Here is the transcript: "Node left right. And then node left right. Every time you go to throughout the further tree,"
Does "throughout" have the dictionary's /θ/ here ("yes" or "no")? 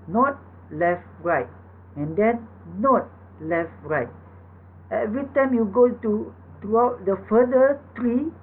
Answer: no